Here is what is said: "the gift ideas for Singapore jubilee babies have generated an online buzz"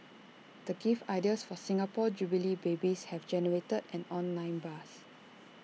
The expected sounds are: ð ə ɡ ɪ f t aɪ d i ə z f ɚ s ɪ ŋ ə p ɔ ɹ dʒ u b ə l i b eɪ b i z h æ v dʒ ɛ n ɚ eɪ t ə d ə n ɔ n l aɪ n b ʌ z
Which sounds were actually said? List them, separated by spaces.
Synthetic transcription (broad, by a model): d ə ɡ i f aɪ d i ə s f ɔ s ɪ ŋ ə p ɔ dʒ u b ə l i b eɪ b i s h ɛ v dʒ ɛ n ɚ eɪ t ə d ə n ɔ n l aɪ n b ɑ s